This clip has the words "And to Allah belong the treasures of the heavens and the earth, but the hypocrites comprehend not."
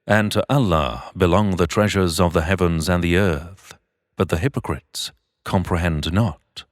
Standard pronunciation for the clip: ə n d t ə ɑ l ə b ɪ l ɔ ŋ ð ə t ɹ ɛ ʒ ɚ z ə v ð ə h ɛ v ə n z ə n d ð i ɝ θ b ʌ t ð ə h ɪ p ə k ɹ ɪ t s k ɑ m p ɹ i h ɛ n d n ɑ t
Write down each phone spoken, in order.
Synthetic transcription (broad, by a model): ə n t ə ɑ l ə b ɪ l ɔ ŋ ð ə t ɹ ɛ ʒ ɚ z ə v ð ə h ɛ v ə n z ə n ð i ɝ θ b ʌ t ð ə h ɪ p ə k ɹ ɪ t s k ɑ m p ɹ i h ɛ n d n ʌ t